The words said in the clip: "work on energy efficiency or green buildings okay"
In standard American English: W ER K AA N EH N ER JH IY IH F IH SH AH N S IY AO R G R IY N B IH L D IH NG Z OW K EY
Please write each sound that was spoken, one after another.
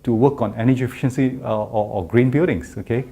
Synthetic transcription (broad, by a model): W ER K AA N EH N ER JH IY F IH SH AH N S IY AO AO G R IY N B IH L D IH NG S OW K EY